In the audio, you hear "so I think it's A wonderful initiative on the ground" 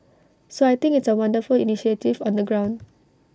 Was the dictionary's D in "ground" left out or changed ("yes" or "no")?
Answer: no